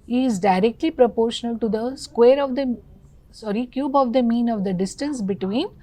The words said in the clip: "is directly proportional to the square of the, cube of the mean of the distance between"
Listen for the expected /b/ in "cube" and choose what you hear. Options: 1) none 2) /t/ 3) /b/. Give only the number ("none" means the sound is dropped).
3